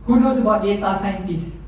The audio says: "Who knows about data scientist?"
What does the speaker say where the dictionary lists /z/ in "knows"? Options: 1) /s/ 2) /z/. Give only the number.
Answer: 1